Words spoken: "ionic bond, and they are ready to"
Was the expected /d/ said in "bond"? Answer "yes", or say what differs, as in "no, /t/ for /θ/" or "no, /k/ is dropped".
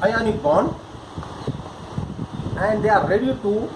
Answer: no, /d/ is dropped